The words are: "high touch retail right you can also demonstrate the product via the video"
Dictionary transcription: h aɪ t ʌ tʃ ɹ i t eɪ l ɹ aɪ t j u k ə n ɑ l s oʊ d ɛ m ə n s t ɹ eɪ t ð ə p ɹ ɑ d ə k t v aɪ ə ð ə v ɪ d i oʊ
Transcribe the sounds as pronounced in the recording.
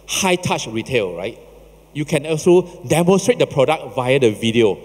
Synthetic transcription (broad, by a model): h aɪ t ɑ tʃ ɹ i t eɪ l ɹ aɪ t j u k ə n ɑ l s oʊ d ɛ m ə n s t ɹ eɪ t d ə p ɹ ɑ d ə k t v aɪ ə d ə v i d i oʊ